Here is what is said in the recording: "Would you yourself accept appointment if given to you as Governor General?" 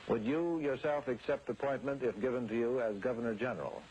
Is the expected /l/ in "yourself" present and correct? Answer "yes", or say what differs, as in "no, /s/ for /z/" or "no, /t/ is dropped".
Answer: yes